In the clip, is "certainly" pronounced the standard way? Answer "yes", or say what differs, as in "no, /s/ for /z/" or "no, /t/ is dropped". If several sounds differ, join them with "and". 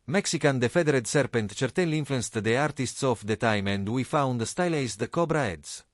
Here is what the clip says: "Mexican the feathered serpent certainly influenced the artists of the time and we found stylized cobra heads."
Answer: no, /n/ is dropped